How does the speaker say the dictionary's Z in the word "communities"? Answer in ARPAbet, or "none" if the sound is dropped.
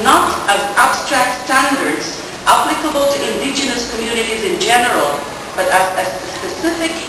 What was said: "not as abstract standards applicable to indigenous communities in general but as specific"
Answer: Z